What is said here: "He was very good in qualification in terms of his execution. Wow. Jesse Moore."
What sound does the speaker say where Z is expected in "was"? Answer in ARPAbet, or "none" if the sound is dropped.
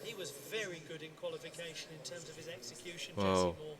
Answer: Z